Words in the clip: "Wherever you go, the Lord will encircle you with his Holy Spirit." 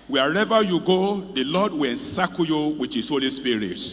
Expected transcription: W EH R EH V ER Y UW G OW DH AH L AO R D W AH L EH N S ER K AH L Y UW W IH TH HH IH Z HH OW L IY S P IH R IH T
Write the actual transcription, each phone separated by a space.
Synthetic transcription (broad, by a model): W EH R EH V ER Y UW G OW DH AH L AO D W AH L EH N S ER K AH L Y UW W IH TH HH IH S HH OW L IY S P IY R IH T